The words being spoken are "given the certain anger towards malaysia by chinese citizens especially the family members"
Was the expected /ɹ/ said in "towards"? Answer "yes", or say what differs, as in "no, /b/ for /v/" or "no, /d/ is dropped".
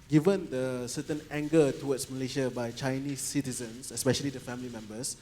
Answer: no, /w/ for /ɹ/